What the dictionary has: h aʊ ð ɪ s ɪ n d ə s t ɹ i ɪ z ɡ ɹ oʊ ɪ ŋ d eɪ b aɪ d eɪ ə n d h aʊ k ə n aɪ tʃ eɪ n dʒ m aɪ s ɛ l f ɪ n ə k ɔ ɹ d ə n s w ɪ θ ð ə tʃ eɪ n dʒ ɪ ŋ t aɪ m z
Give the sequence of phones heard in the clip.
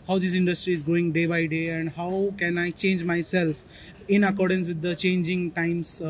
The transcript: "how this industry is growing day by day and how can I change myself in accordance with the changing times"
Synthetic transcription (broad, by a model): h aʊ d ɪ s ɪ n d ə s t ɹ i ɪ z ɡ oʊ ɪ ŋ d eɪ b aɪ d eɪ ə n d h aʊ k ə n aɪ tʃ eɪ n dʒ m aɪ s ɛ l f ɪ n ə k ɔ ɹ d ə n s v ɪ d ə tʃ eɪ n dʒ ɪ ŋ t aɪ m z